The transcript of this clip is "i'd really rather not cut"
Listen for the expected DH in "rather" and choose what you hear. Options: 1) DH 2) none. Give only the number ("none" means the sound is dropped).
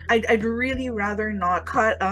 1